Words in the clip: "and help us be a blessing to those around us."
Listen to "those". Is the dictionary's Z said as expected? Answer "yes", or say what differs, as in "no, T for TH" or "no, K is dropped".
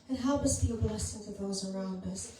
yes